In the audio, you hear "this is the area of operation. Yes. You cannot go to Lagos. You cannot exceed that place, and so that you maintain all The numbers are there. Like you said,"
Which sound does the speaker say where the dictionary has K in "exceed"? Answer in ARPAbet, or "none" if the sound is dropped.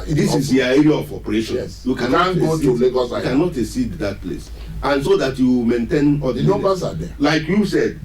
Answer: none